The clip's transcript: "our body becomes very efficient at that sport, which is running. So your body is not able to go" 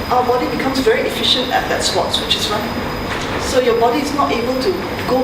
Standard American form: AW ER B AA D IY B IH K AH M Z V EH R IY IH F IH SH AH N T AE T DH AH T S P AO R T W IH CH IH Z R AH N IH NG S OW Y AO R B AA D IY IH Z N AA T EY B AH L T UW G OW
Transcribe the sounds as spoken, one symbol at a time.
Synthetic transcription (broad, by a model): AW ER B AA D IY B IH K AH M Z V EH R IY IH F IH SH AH N T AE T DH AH T S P AO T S W IH CH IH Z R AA IH S OW Y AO B AA D IY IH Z N AA T EY B AH L T UW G OW